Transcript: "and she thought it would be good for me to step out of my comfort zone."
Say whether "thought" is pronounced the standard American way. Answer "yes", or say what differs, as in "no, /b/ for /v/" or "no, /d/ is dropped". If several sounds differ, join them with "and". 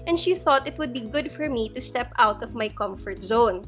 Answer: yes